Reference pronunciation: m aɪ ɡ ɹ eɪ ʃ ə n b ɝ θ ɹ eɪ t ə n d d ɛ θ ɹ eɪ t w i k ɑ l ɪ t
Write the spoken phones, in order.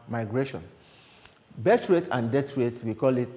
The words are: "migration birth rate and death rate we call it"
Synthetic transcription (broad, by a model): m aɪ ɡ ɹ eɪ ʃ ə n b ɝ t ɹ eɪ t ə n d d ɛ t ɹ eɪ t w i k ɑ l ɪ t